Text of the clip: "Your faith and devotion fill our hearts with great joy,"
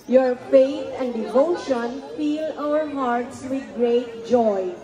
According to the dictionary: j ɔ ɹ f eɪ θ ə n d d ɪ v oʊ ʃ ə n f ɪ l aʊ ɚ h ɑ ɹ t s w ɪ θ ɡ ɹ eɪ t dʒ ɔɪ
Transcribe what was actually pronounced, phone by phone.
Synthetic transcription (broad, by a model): j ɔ ɹ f eɪ t ə n d d ɪ v oʊ ʃ ə n f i l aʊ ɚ h ɑ ɹ t s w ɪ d ɡ ɹ eɪ t dʒ ɔɪ